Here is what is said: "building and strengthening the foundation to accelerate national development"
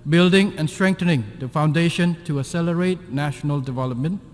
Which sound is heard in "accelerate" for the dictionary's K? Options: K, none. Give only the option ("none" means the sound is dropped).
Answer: none